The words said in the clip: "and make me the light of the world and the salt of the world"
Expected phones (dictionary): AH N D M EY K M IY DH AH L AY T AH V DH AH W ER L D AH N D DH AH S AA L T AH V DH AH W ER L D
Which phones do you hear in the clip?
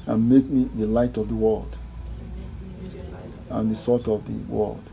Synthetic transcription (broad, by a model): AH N M EY K M IY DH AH L AY T AH V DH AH W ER L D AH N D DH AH S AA T AH V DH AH W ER L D